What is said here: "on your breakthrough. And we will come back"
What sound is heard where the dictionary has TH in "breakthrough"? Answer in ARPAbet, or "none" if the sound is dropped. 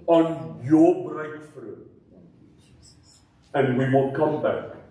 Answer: F